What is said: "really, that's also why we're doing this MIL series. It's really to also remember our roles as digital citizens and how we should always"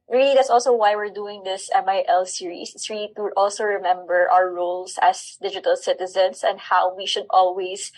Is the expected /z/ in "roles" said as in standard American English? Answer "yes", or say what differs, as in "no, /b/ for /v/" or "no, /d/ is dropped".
no, /s/ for /z/